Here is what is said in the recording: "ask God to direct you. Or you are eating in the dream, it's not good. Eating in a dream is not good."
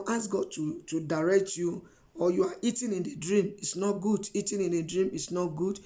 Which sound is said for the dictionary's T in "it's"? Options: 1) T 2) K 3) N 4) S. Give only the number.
1